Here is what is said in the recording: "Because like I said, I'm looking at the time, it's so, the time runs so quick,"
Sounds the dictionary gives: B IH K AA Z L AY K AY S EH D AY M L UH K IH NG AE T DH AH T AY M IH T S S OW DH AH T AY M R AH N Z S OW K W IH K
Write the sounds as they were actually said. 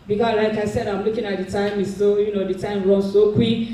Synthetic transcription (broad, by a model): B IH K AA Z L AY K AY S EH D AY M L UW K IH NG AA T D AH T AY M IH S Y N OW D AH T AY M R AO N S OW K W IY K